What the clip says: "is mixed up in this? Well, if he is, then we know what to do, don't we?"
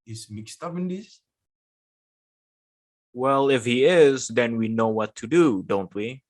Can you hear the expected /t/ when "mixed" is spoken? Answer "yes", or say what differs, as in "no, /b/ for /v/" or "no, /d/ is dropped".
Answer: yes